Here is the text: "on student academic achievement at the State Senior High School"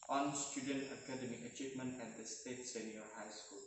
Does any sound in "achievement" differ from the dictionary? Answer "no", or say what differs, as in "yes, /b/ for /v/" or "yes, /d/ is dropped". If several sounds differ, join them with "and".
no